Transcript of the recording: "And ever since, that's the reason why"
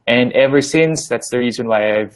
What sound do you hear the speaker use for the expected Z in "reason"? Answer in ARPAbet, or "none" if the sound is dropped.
Z